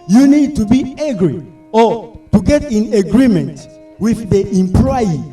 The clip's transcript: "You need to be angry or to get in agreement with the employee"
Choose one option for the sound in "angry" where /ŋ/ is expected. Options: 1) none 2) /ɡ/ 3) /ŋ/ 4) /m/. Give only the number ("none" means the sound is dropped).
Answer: 1